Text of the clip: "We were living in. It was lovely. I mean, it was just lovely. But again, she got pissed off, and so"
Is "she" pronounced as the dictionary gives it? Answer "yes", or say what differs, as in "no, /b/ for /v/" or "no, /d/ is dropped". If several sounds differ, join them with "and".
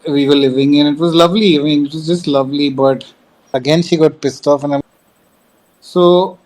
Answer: yes